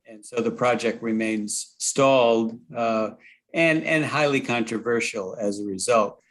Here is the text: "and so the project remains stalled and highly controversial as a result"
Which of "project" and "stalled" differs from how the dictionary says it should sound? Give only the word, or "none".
none